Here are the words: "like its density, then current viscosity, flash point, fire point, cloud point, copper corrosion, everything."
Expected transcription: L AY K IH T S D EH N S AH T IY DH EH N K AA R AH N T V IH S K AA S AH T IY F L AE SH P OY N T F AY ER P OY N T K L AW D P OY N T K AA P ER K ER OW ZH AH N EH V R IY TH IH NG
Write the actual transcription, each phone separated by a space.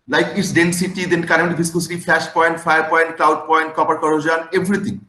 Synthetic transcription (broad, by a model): L AY K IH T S D EH N S AH T IY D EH N K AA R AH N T B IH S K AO S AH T IY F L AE SH P OY N T F AY ER P OY N T K L AW D P OY N T K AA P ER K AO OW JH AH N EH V R IY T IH NG